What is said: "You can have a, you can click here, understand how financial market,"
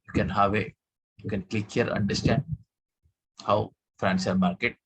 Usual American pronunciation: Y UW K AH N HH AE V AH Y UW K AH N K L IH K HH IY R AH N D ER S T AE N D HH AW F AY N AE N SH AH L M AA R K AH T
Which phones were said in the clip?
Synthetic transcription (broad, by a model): Y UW K AH N HH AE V AH Y UW K AH N K L IH K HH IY R AH N D ER S T AE N D HH AW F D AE N S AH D M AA R K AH T